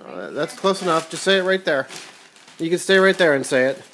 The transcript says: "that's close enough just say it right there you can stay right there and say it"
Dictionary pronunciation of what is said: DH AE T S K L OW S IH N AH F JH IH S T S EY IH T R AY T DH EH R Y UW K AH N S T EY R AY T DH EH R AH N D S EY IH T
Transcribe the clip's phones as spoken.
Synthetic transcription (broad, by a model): DH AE T S K L OW S IH N AH F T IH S S EY IH T R AY T DH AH R Y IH K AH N S T EY R AY T DH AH R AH N S EY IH T